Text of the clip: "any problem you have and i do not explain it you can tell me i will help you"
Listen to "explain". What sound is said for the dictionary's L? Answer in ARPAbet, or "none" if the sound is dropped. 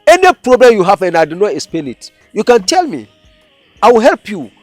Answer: none